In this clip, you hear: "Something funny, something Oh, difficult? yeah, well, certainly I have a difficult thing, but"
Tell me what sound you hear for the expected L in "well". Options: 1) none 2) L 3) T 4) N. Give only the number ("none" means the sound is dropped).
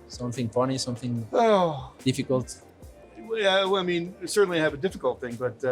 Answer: 4